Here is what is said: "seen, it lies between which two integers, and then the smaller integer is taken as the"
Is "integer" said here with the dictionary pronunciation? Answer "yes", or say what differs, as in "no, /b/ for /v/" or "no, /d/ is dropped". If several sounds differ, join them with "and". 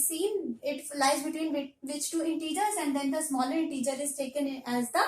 yes